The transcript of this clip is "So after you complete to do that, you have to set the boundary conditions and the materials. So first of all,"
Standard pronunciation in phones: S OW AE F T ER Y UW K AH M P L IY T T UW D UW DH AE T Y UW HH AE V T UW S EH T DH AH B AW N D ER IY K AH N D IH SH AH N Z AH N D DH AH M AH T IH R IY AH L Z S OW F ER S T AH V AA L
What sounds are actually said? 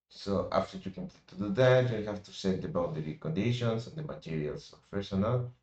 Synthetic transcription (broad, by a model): S OW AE F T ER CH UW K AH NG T T UW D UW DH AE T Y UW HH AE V T UW S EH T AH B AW D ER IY K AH N D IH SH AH N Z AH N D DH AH M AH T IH R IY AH L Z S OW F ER S AH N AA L